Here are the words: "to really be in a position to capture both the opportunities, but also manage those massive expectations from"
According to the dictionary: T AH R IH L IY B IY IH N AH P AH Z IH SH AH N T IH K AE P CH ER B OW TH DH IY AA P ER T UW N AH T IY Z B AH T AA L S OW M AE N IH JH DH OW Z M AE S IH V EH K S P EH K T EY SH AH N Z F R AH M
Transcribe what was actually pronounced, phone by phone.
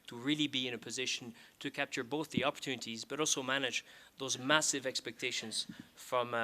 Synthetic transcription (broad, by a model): T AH R IH L IY B IY IH N AH P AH Z IH SH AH N T IH K AE P CH ER B OW TH DH IY AA P ER T UW N AH T IY Z B AH T AA L S OW M AE N IH JH DH OW Z M AE S IH V EH K S P EH K T EY SH AH N Z F R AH M